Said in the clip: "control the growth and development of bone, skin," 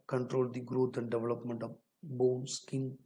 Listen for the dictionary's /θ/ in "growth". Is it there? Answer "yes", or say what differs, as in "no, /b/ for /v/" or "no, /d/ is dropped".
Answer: no, /t/ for /θ/